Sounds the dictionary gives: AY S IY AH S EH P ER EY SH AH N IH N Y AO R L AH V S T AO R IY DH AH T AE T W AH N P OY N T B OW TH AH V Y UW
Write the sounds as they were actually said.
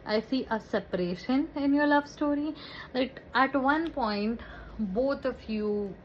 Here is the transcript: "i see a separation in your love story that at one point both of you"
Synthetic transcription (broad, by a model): AY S IY AH S EH P ER EY SH AH N IH N Y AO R L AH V S T AO R IY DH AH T AE T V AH N P OY N T B OW T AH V Y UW